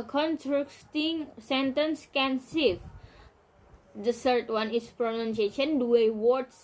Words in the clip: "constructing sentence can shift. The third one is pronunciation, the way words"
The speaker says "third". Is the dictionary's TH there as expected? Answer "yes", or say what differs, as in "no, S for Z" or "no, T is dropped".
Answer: no, S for TH